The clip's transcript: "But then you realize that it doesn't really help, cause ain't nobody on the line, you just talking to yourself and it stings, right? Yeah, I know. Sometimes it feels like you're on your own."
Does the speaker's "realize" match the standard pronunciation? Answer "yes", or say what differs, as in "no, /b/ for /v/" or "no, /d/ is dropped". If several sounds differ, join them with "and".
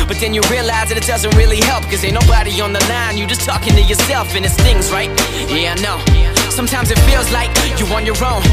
yes